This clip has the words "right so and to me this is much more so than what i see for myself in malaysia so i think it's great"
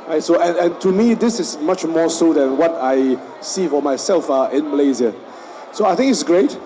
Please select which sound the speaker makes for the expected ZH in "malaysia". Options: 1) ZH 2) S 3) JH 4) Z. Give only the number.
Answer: 4